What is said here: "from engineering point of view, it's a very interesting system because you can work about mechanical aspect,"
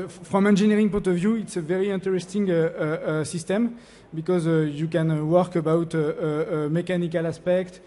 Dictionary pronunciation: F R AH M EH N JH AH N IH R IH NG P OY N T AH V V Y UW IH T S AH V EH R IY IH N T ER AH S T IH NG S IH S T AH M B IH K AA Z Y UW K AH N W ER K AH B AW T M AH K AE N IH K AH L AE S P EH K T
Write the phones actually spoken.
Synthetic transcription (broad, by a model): F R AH M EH N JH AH N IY R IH NG P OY T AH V V Y UW IH T S AH V EH R IY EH N T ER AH S T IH NG S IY S T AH M B IH K AA Z Y UW K AH N W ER K AH B AW T M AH K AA N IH K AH L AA S P EH K T